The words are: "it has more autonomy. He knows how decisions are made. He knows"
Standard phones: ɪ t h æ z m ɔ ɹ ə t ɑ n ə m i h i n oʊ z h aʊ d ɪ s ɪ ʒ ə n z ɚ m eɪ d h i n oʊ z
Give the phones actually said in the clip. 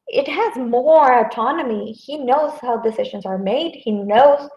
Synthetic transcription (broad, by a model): ɪ t h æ z m ɔ ɹ ə t ɑ n ə m i h i n oʊ z h aʊ d ɪ s ɪ ʒ ə n z ɚ m eɪ d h i n oʊ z